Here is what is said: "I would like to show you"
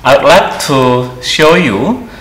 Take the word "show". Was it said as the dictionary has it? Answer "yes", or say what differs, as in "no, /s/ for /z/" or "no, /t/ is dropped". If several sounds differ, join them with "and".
yes